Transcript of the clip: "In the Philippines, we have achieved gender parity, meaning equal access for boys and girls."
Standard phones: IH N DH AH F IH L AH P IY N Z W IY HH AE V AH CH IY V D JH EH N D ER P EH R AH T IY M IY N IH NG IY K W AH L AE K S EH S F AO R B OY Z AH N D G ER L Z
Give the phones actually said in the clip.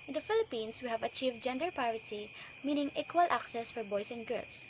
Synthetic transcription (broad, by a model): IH N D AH F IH L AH P IY N S W IY HH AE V AH CH IY V D JH EH N D ER P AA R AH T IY M IY N IH NG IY K W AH L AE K S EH S F AO R B OY S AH N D G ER L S